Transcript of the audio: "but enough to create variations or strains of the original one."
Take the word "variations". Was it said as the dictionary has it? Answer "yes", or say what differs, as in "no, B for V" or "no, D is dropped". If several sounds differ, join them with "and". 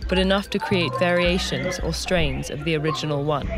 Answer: yes